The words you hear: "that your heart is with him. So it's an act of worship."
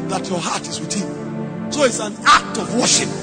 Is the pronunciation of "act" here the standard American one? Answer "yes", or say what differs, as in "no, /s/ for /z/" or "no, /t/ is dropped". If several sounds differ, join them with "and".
yes